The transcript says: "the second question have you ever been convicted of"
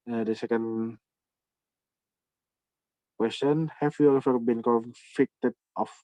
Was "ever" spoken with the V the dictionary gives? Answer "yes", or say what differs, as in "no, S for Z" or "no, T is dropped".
no, F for V